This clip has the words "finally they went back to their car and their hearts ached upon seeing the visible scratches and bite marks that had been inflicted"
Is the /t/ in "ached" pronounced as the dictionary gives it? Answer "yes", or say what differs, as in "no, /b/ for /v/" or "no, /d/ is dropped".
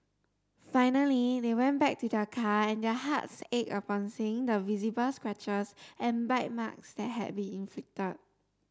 no, /t/ is dropped